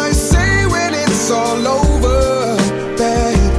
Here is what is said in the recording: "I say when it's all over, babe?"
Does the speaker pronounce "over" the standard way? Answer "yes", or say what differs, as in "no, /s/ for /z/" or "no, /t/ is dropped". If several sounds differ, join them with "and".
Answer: yes